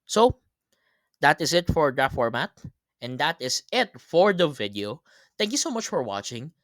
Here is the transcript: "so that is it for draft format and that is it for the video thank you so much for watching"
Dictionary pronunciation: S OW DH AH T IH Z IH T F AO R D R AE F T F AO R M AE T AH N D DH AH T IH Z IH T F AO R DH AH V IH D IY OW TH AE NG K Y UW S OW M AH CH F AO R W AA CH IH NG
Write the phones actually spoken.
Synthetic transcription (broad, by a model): S OW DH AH T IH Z IH T F AO R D AH T F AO R M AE T AH N D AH T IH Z IH T F AO R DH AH V IH D IY OW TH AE NG K Y UW S OW M AH CH F AO R W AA CH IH NG